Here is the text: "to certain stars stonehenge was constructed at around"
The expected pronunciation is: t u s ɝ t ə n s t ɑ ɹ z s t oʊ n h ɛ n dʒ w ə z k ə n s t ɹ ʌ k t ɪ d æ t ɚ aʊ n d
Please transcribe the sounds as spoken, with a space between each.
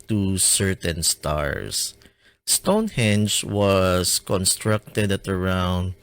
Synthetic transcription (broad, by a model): t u s ɝ t ə n s t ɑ ɹ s s t oʊ n h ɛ n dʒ w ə s k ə n s t ɹ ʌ k t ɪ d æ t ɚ aʊ n d